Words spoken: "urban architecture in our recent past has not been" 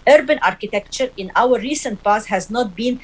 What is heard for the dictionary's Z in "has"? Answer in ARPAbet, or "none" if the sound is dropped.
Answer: Z